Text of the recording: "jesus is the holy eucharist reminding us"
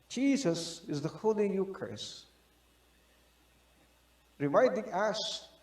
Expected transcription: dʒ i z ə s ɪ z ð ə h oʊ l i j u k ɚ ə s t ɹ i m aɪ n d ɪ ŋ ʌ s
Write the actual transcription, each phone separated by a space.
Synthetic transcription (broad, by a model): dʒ i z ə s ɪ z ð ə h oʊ l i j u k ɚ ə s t ɹ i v aɪ d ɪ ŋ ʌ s